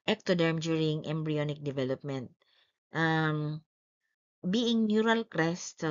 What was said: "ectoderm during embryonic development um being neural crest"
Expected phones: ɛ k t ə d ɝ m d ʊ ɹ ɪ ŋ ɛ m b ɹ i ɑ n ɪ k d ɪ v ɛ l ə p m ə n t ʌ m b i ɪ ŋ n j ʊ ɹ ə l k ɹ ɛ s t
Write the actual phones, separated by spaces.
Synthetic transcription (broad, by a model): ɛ k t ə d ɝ m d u ɹ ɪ ŋ ɛ m b ɹ i ɑ n ɪ k d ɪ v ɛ l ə p m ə n t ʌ m b i ɪ ŋ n j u ɹ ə l k ɹ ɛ s t